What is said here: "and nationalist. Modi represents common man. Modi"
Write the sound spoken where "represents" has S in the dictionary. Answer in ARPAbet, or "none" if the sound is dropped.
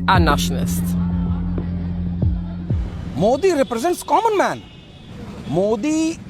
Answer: S